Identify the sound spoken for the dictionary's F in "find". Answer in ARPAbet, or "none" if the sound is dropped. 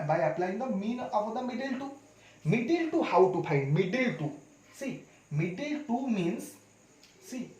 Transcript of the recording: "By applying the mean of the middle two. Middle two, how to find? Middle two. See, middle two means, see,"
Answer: P